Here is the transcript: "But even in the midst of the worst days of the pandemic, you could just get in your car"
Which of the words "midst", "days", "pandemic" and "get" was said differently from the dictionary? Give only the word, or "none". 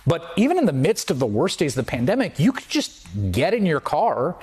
none